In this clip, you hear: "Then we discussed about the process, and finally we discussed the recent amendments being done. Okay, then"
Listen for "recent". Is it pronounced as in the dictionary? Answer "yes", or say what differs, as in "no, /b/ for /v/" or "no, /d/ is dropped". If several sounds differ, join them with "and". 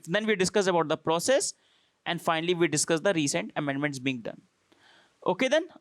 yes